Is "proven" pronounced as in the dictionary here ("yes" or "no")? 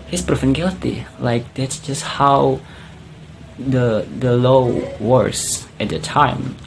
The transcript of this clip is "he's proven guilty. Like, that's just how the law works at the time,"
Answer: no